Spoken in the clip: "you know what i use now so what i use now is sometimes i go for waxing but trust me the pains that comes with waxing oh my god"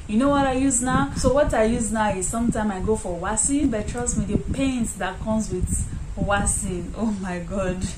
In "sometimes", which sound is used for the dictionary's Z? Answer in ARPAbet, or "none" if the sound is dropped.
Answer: none